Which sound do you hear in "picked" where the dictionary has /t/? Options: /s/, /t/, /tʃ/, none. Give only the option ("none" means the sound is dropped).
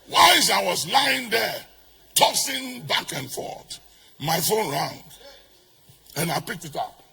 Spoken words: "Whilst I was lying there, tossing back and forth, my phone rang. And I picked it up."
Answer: /t/